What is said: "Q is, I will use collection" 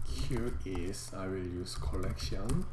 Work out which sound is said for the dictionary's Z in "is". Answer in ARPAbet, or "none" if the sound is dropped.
S